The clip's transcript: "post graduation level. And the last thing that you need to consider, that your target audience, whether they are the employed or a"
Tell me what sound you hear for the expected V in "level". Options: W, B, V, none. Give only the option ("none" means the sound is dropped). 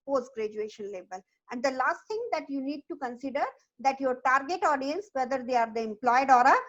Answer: B